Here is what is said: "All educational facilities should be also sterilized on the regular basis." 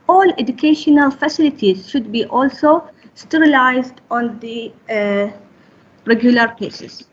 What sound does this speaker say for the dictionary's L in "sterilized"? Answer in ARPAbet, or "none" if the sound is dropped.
L